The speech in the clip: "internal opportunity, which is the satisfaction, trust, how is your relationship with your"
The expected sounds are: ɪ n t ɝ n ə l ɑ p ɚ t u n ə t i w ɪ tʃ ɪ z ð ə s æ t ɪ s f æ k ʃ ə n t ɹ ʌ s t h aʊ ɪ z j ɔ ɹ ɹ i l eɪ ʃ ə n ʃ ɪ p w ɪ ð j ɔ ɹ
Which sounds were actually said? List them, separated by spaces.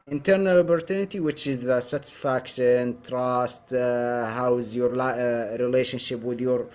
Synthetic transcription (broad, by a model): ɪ n t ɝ n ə l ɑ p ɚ t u n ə t i w ɪ tʃ ɪ z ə s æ t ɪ s f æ k ʃ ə n t ɹ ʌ s t h aʊ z j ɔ ɹ ɹ i l eɪ ʃ ə n ʃ ɪ p w ɪ ð j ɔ ɹ